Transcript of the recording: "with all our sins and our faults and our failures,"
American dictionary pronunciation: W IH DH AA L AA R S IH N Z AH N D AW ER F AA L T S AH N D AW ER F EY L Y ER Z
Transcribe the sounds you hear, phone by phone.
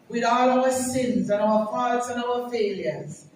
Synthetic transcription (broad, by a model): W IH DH AA L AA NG S IH N Z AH N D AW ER P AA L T AH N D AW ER F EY L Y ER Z